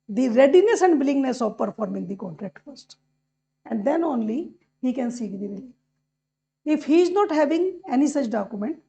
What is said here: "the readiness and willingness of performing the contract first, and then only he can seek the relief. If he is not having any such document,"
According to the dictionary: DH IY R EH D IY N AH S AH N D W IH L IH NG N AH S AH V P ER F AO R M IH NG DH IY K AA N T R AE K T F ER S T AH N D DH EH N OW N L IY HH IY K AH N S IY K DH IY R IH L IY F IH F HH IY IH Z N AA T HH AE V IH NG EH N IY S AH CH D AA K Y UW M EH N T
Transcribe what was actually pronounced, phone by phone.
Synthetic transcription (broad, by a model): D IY R EH D IY N AH S AH N D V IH L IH NG N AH S AH V P ER F AO R M IH NG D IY K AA N T R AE K T F ER S T AH N D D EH N OW N L IY HH IY K AH N S IY K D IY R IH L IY IH F HH IY IH Z N AA T HH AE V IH NG EH N IY S AH CH D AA K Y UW M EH N T